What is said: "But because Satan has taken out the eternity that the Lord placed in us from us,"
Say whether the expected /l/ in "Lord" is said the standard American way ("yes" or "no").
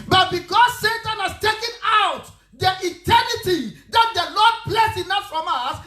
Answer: no